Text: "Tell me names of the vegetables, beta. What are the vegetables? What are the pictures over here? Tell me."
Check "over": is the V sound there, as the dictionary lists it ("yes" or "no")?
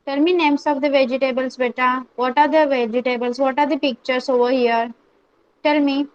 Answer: yes